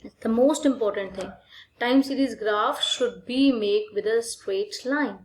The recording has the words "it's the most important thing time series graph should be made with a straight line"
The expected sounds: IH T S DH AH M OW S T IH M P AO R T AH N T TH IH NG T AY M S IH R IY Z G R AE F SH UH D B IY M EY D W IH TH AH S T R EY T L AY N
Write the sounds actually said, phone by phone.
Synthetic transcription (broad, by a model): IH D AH M OW S T IH M P AO R T AH N T T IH NG T AY M S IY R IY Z G R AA F SH UH D B IY M EY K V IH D AH S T W EY T L AY N